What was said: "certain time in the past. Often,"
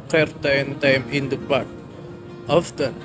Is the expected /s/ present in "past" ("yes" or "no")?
no